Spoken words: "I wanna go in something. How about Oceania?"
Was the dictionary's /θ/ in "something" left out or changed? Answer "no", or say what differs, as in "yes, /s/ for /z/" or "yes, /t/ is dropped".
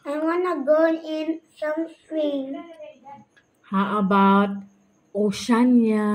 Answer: yes, /s/ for /θ/